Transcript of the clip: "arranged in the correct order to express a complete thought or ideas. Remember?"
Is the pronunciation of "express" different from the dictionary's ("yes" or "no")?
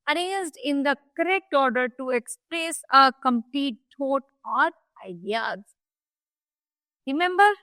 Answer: no